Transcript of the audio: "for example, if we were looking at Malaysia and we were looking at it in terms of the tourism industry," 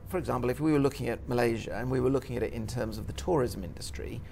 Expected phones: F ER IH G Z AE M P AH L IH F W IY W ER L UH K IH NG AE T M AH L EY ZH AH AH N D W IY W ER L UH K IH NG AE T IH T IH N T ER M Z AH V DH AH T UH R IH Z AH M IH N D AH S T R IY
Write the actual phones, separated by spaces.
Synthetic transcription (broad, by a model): F ER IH G Z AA M P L IH F W IY W ER L UH K IH NG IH T M AH L EY ZH AH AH N W IY W ER L UH K IH NG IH T IH T IH N T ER M Z AH V DH AH T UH R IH Z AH M IH N D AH S T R IY